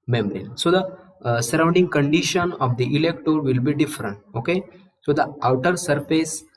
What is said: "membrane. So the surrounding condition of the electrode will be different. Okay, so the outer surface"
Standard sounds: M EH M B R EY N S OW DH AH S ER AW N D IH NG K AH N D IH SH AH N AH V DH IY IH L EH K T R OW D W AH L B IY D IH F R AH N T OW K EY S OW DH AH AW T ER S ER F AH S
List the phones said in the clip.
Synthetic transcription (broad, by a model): M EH M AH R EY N S OW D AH S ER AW N D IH NG K AH N D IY SH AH N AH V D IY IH L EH K T OW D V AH L B IY D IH F R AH N T OW K EY S OW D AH AW T ER S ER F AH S